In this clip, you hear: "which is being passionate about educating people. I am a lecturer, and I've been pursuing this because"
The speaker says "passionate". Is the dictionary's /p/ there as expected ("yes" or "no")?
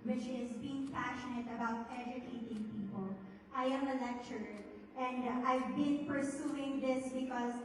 yes